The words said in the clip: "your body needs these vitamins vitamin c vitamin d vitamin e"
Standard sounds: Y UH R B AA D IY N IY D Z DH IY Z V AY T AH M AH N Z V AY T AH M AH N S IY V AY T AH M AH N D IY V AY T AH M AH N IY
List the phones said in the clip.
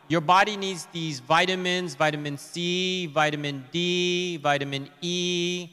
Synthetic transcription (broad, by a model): Y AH R B AA D IY N IY D Z DH IY Z V AY T AH M AH N Z V AY T AH M AH N S IY V AY T AH M AH N D IY V AY T AH M AH N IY